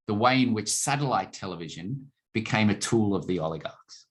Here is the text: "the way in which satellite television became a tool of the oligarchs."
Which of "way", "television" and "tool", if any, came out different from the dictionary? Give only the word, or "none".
none